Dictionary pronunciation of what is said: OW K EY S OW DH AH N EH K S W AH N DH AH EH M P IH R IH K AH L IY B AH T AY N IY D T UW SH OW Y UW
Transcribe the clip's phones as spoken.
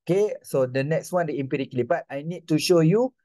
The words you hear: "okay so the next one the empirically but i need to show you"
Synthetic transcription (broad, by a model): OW K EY S OW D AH N EH K S W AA N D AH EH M P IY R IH K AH L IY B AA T AY N IY D T UW SH OW Y UW